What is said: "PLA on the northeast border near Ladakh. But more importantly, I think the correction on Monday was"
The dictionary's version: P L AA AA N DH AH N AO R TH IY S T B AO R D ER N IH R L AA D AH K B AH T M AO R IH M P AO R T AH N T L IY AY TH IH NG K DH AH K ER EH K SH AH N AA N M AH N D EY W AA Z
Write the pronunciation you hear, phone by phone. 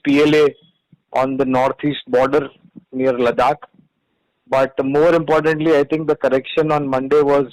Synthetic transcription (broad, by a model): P L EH AA N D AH N AO R T IY S T B AO R D ER N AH R L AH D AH K B AH T M AO R IH M P AO R T AH N T L IY AY T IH NG K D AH K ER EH K SH AH N AA N M AH N D EY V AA Z